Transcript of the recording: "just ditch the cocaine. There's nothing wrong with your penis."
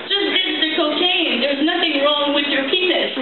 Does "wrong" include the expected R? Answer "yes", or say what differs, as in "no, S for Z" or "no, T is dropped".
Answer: yes